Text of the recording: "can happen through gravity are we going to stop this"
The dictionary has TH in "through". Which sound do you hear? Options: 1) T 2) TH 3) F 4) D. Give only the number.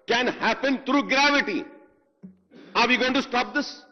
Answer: 1